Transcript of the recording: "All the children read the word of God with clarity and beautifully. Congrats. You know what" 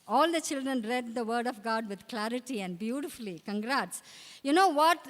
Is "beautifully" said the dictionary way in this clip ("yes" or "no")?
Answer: yes